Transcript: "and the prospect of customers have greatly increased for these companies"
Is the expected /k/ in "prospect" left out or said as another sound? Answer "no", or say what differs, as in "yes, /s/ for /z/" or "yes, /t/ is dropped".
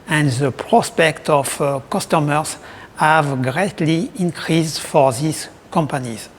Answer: no